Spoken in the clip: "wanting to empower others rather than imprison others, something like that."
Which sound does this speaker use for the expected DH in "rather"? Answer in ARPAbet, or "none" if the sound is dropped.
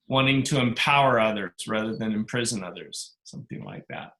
DH